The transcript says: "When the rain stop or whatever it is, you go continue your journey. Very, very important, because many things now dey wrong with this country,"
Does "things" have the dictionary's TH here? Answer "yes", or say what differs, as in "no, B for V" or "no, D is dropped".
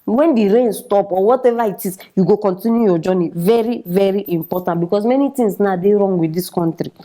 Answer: no, T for TH